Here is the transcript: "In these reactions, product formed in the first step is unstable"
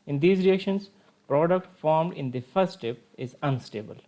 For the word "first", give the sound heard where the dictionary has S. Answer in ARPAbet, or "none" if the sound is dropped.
none